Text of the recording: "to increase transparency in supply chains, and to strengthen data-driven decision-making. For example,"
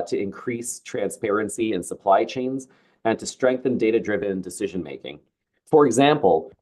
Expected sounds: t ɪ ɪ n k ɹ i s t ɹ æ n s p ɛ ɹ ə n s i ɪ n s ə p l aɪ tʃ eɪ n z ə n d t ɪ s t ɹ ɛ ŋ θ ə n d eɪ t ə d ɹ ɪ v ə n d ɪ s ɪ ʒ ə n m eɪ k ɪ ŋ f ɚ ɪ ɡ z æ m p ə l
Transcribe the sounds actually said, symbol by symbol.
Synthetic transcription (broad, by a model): t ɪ ɪ n k ɹ i s t ɹ æ n s p ɛ ɹ ə n s i ɪ n s ə p l aɪ tʃ eɪ n z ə n t ɪ s t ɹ ɛ ŋ θ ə n d eɪ t ə d ɹ ɪ v ə n d ɪ s ɪ ʒ ə n m eɪ k ɪ ŋ f ɚ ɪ ɡ z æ m p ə l